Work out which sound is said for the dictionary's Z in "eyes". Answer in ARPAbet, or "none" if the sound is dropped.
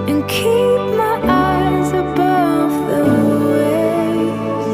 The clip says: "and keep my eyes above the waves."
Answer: Z